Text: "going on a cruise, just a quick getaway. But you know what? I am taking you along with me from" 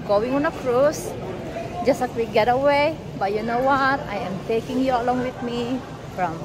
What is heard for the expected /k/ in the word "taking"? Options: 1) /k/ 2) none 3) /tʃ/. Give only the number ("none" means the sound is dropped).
1